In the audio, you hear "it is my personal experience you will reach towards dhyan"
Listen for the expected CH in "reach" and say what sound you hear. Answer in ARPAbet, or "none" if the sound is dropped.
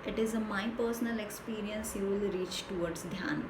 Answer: CH